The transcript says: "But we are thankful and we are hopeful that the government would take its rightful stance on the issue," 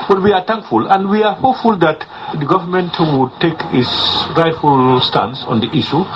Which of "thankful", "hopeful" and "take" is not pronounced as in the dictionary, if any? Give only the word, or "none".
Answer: thankful